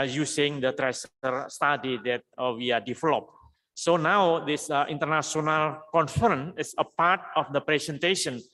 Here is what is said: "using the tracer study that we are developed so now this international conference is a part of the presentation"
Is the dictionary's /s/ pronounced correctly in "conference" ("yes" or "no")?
no